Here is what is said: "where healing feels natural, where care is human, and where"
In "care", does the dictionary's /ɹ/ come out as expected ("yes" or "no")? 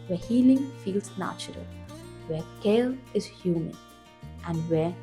no